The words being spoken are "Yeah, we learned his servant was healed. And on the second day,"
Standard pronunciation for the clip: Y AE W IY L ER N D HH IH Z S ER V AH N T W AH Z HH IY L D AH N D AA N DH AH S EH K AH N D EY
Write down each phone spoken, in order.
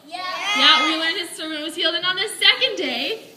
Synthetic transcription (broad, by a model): Y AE W IY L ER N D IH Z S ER AH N W AH Z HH IY L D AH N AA N DH AH S EH K AH N D EY